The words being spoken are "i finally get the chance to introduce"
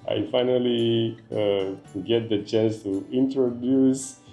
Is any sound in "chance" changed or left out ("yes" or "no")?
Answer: yes